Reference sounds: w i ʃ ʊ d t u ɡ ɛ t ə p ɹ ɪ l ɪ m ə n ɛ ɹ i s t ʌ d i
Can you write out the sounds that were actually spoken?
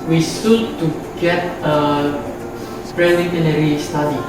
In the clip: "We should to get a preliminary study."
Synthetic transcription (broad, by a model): w i s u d t u ɡ ɛ t ə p ɹ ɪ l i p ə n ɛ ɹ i s t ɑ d i